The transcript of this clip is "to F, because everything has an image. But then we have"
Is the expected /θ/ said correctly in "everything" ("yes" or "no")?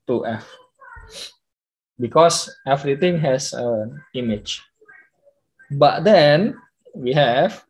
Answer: no